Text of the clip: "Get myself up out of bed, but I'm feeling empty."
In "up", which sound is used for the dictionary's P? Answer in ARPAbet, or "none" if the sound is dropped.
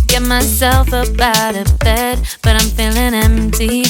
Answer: B